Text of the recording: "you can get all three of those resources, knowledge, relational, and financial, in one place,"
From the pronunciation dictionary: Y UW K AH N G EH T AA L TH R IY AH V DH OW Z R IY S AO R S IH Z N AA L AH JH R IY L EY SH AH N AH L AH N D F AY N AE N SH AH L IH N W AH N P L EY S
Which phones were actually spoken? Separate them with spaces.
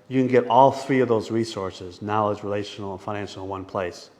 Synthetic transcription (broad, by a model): Y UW K AH N G EH T AA L TH R IY AH V DH OW Z R IY S AO R S IH Z N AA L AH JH R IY L EY SH N L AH N F AY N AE N SH L IH N W AH N P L EY S